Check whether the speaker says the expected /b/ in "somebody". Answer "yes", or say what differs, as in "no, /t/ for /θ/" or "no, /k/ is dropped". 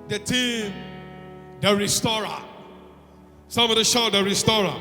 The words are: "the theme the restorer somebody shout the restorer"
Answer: no, /b/ is dropped